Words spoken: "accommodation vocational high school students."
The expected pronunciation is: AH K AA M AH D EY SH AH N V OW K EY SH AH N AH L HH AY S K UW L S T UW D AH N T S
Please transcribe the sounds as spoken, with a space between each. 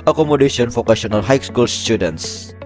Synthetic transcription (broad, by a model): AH K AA M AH D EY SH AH N F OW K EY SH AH N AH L HH AY S K UW L S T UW D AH N T S